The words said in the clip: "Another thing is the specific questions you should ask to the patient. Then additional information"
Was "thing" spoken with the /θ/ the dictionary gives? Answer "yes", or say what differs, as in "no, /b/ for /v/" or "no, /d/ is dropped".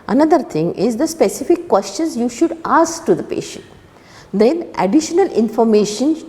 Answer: no, /t/ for /θ/